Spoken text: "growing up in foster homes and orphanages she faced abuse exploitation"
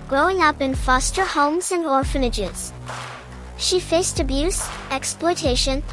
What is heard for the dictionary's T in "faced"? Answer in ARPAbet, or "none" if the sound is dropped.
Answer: T